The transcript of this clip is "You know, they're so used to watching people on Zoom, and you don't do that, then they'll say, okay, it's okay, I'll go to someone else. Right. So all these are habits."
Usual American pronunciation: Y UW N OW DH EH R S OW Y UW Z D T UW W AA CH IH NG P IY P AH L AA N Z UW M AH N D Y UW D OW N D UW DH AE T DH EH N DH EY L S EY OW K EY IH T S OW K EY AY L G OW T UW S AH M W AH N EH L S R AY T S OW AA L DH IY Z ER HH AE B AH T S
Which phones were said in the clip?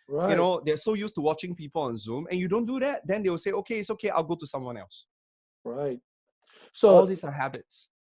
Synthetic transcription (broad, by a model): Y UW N OW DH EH S OW Y UW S T UW W AA CH IH NG P IY P AH L AA N Z UW M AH N Y UW D OW N D UW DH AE T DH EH N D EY W S EY OW K EY IH T S OW K EY AY L G OW T UW S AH M W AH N EH L S R AY T S OW AA L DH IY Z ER HH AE B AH T S